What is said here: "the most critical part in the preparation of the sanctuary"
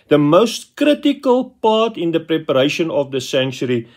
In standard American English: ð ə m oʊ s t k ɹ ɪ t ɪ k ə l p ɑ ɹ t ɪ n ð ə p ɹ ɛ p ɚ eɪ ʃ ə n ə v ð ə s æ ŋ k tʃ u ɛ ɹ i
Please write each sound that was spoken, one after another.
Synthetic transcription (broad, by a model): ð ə m oʊ s t k ɹ ɪ t ɪ k ə l p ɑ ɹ t ɪ n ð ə p ɹ ɛ p ɚ eɪ ʃ ə n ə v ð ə s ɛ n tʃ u ɹ i